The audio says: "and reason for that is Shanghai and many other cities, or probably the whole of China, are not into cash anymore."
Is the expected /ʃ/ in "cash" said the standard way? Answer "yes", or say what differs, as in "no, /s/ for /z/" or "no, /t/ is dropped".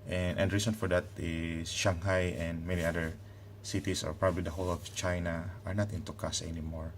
no, /s/ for /ʃ/